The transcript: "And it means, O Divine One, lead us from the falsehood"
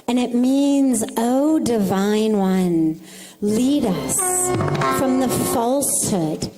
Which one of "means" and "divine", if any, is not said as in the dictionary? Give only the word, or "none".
none